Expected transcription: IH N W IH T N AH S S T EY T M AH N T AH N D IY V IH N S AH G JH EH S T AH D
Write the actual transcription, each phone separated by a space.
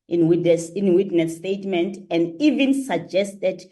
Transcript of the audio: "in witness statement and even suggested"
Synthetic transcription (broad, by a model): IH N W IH S N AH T S T EY T M AH N T AH N D IY V IH N S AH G JH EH S T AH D